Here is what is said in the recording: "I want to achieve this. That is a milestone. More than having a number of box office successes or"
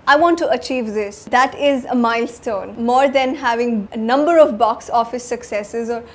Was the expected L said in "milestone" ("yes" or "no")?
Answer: yes